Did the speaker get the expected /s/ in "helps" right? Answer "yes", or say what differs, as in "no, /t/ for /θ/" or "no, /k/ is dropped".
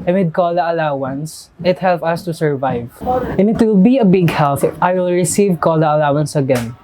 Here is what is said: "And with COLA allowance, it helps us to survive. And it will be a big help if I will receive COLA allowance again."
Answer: no, /s/ is dropped